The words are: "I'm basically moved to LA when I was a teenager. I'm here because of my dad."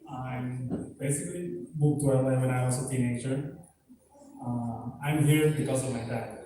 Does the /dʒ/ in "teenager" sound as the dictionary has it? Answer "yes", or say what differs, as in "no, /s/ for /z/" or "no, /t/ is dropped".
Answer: no, /tʃ/ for /dʒ/